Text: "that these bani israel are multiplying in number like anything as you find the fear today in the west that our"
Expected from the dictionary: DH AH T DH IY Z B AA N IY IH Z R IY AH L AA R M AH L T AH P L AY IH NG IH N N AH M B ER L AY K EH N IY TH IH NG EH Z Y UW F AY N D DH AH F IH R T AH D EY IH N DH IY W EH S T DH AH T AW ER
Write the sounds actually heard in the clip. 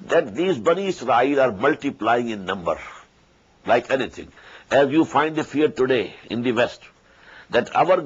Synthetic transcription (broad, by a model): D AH T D IY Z B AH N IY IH S R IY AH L AA R M AH L T AH P L AY IH NG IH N N AH M B ER L AY K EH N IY T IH NG EH Z Y UW F AY N D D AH F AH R T AH D EY IH N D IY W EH S T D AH T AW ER